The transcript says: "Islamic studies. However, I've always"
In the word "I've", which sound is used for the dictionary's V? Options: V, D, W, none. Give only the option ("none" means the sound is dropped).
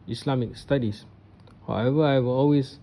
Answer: W